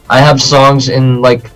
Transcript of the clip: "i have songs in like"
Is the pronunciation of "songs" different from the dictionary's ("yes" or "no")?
no